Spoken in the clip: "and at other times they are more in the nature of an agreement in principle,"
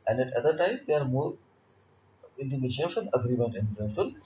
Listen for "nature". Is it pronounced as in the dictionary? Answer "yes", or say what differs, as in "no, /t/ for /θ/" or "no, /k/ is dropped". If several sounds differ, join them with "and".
no, /ʃ/ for /tʃ/